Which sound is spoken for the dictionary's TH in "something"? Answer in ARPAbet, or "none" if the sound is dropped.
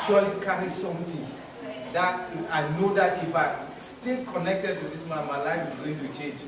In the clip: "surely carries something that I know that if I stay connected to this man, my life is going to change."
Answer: T